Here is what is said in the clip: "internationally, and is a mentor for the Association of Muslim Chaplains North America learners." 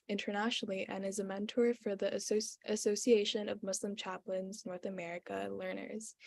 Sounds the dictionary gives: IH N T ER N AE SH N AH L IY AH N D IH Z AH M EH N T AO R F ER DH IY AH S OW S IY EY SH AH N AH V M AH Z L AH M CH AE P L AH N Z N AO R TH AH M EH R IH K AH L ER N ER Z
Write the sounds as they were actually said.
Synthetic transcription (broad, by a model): IH N T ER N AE SH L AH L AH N IH Z AH M EH N T AO R F ER DH IY AH S OW S IY EY SH AH N AH V M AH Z L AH M CH AE P L AH N Z N AO R TH AH M EH R IH K AH L ER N ER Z